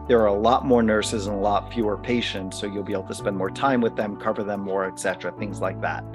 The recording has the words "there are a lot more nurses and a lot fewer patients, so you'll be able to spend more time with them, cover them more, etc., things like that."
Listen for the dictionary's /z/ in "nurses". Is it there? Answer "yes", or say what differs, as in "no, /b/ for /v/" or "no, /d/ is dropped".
yes